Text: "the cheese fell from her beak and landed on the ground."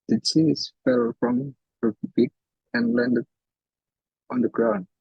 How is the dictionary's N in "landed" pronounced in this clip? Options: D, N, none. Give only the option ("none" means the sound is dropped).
N